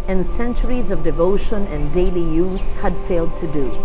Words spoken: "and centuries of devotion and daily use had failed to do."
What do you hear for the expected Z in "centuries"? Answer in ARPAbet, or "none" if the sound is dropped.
Z